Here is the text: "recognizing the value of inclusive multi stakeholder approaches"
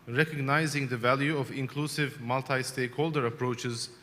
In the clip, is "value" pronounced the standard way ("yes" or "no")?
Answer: yes